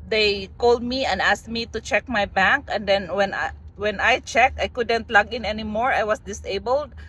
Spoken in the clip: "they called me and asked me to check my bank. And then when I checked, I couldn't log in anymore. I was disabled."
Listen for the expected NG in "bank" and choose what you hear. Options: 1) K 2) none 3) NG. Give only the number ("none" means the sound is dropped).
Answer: 3